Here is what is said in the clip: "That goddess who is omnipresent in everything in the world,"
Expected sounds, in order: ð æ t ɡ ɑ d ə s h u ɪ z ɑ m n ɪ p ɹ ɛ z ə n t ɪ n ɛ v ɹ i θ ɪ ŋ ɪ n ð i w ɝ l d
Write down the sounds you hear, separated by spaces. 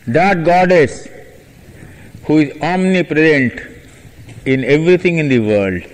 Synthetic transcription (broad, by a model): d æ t ɡ ɑ d ə s h u ɪ z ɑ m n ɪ p ɹ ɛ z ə n t ɪ n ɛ v ɹ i t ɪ ŋ ɪ n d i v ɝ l d